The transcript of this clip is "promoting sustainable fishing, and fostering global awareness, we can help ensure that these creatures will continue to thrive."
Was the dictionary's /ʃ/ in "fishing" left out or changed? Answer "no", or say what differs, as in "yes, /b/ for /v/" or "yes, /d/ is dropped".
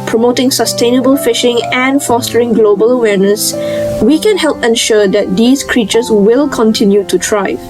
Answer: no